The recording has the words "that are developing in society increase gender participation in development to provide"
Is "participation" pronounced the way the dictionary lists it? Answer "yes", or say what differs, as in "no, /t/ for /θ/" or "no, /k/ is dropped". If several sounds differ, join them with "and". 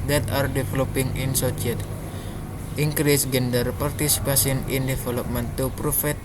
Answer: no, /s/ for /ʃ/